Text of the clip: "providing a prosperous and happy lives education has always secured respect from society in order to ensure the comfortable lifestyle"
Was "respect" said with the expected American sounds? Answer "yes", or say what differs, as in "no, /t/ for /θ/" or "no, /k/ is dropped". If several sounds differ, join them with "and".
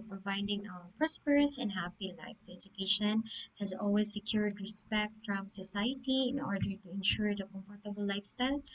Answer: yes